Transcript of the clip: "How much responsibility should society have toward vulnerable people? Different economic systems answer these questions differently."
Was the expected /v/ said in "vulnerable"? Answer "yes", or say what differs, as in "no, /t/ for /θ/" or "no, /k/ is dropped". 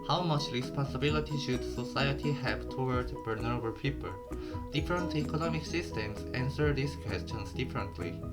no, /b/ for /v/